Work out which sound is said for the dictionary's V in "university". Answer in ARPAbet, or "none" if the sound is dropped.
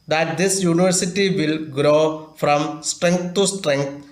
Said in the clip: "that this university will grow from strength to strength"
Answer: V